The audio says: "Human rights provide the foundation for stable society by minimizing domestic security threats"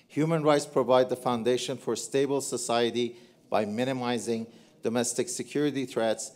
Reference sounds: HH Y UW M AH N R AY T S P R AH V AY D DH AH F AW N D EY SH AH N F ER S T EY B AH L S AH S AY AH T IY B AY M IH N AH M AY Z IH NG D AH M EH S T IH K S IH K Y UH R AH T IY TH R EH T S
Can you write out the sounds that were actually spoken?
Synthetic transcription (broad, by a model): HH Y UW M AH N R AY T S P R AH V AY D DH AH F AW N D EY SH AH N F ER S T EY B AH L S AH S AY AH T IY B AY M IH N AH M AY Z IH NG D AH M EH S T IH K S IH K Y UH R AH T IY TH R EH T S